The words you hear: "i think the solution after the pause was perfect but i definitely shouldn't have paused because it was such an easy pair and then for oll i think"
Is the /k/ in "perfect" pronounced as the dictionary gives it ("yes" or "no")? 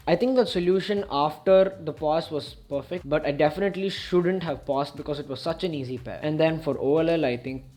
yes